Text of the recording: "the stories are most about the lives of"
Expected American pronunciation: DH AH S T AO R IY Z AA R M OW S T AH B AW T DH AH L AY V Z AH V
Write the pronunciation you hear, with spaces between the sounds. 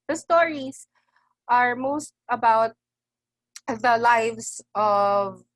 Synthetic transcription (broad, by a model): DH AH S T AO R IY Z AA R M OW S T AH B AW T DH AH L AY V S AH V